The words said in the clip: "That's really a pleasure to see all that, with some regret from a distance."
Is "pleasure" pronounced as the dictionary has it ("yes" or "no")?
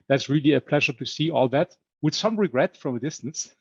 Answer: yes